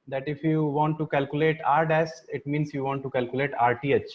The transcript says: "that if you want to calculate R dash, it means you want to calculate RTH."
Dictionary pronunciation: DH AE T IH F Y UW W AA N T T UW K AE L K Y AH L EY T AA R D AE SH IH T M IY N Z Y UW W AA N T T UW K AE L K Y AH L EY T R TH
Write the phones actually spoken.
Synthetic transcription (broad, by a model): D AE T IH F Y UW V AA N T T UW K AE L K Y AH L EY T AA R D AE S IH T M IY N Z Y UW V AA N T T UW K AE L K Y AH L EY T R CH